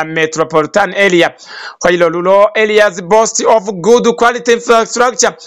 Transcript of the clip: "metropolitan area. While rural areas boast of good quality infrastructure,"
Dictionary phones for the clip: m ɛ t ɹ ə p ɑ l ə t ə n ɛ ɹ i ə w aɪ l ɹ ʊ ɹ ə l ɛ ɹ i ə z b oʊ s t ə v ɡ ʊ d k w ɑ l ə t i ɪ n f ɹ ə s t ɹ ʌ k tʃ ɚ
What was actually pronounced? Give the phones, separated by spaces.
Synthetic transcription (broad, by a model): m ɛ t ɹ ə p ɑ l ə t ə n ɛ l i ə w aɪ l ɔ l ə l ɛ l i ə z b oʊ s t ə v ɡ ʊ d k w ɑ l ə t i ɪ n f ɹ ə s t ɹ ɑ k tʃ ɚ